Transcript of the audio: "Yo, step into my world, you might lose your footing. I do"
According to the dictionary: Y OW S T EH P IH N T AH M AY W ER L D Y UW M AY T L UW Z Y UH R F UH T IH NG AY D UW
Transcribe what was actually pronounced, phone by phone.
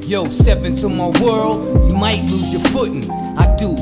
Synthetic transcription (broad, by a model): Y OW S T EH P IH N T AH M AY W ER L D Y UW M AY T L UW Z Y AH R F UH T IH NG AY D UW